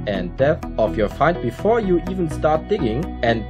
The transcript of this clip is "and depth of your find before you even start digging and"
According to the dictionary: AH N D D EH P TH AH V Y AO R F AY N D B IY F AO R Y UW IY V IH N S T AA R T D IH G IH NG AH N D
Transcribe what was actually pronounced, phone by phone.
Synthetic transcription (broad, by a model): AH N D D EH TH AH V Y AO R F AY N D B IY F AO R Y UW IY V IH N S T AA R T D IH G IH NG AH N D